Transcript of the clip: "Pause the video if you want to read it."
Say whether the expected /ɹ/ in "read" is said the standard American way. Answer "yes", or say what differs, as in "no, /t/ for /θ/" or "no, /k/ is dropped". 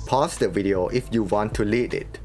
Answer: no, /l/ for /ɹ/